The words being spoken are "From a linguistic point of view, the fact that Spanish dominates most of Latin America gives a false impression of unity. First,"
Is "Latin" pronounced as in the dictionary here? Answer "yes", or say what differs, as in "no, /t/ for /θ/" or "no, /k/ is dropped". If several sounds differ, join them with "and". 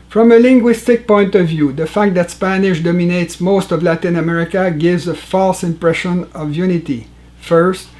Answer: yes